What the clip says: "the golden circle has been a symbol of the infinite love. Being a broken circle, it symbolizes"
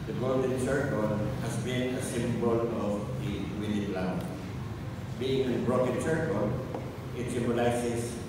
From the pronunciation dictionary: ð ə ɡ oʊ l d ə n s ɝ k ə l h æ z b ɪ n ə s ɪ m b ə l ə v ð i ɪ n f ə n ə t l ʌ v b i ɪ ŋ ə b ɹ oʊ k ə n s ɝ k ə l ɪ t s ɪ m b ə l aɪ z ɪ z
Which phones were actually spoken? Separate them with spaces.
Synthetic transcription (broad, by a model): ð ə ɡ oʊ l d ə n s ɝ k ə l h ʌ s b ɪ n ə s ɪ m b ə l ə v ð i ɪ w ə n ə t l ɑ w b i ɪ ŋ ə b ɹ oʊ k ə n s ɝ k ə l ɪ t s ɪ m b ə l aɪ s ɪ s